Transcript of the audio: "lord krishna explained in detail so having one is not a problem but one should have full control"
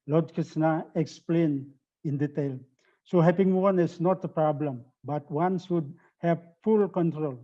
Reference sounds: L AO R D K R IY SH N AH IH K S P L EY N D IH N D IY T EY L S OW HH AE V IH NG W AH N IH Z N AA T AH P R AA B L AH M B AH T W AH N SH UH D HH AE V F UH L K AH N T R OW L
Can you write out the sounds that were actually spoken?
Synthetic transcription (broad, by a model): L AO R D K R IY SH N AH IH K S P L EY N IH N D IY T EY L S OW HH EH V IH NG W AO N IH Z N AA T AH P R AA B L AH M B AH T W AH N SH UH D HH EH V F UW L K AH N T R OW L